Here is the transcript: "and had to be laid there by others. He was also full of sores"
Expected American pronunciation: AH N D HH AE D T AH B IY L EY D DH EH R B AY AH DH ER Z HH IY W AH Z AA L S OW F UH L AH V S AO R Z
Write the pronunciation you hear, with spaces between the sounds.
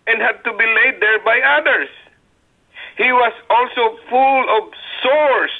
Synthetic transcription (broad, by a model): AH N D HH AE D T AH B IY L EY D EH R B AY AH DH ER S HH IY W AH S AA L S OW F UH L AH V S AO R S